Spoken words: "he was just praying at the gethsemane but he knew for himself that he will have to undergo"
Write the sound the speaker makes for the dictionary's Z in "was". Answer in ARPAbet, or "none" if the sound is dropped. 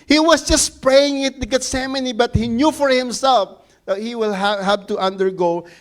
S